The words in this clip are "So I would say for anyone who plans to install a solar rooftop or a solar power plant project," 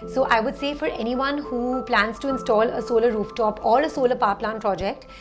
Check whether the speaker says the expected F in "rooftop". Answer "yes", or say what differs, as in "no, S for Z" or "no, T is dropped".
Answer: yes